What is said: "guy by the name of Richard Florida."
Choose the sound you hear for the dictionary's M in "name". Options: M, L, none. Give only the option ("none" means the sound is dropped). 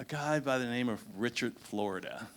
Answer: M